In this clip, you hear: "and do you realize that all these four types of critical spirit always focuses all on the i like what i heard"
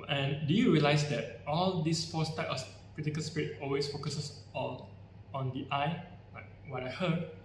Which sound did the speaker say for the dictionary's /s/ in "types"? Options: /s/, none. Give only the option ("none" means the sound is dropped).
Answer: none